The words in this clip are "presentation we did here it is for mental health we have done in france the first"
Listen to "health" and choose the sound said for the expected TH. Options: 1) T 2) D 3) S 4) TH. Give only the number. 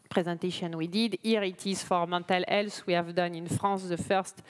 3